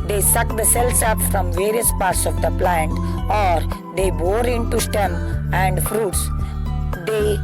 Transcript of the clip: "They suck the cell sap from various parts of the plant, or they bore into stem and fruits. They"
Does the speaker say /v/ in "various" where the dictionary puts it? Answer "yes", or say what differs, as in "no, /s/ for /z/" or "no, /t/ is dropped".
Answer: yes